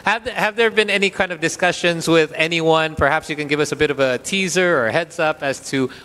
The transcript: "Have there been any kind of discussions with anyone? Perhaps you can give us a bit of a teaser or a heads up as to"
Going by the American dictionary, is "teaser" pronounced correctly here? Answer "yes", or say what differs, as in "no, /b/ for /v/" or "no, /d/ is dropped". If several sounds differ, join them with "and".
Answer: yes